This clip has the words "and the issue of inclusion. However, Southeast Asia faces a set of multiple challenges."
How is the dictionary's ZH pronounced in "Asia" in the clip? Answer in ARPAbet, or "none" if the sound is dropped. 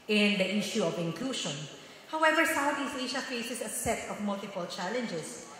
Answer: SH